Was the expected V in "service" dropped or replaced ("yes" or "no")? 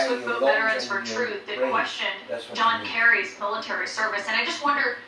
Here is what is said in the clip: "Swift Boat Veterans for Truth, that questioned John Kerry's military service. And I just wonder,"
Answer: no